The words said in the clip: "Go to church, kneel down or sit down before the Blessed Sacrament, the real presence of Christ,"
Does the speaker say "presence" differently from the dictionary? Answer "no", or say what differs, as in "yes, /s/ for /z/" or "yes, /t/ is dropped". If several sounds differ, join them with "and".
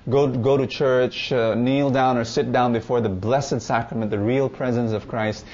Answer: no